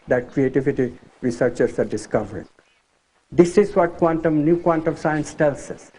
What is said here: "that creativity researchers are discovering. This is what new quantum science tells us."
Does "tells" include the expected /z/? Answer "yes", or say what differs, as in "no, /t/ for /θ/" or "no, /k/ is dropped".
no, /s/ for /z/